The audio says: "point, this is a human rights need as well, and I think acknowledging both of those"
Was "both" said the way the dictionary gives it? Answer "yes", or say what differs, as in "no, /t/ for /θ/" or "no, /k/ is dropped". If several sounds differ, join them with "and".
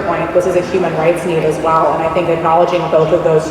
yes